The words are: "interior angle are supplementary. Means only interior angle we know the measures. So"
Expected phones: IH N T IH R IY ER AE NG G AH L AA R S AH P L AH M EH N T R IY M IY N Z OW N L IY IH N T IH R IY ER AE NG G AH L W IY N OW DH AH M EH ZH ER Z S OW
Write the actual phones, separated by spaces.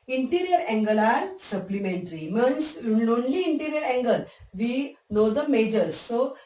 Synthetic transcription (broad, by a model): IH N T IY R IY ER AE NG G AH L AA R S AH P L AH M EH N T R IY M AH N S OW N L IY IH N T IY R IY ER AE NG G AH L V IY N OW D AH M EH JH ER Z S OW